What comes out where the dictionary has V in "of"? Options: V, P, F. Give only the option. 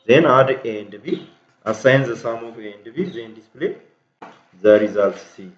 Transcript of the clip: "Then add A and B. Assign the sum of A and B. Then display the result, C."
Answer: F